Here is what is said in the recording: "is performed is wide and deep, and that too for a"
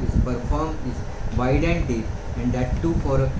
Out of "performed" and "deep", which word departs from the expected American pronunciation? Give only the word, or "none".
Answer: deep